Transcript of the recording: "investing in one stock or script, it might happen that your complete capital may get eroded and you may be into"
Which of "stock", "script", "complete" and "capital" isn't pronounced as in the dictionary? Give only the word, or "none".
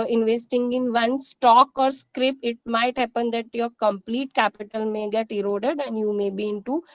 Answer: script